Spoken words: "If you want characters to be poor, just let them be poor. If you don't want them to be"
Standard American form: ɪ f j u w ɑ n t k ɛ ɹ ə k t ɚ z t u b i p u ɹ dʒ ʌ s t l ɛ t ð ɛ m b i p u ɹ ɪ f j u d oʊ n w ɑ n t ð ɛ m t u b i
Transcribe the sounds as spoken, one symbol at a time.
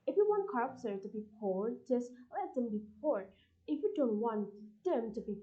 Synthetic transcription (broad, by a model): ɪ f j u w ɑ n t k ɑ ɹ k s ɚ t u b i p u ɹ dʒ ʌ s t l ɛ t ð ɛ m b i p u ɹ ɪ f j u d oʊ n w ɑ n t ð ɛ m t u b i